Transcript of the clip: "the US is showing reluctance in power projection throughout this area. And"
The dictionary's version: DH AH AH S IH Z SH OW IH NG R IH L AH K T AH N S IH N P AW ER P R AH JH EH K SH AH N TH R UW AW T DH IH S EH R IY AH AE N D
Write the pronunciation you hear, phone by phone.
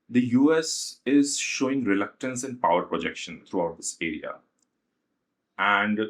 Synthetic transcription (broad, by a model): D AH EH S IH Z SH OW IH NG R IH L AH K T AH N S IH N P AW ER P R AH JH EH K SH AH N T R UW AW T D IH S EH R IY AH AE N D